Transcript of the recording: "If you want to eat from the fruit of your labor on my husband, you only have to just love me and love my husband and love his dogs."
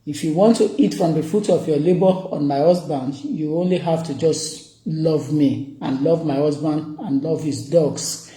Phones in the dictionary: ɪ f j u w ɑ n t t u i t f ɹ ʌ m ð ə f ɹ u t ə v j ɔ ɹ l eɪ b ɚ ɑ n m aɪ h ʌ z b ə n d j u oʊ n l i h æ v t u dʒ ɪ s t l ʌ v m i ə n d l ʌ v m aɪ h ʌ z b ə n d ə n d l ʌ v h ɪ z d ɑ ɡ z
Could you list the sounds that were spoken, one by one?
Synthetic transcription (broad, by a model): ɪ f j u w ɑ n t t u i t f ɹ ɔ m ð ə f u t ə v j ɔ l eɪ b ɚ ɑ n m aɪ h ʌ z b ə n d j u oʊ n l i h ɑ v t u dʒ ɪ s t l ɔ v m i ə n l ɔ v m aɪ h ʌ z b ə n d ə n l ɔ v h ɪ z d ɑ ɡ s